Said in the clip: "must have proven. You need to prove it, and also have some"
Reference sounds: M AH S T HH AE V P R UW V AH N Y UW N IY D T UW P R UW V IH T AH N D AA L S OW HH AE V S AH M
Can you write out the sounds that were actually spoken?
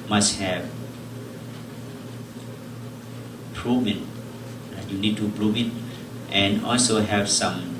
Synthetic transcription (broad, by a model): M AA S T HH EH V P R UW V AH N Y UW N IY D T UW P R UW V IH T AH N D AA L S OW HH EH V S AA M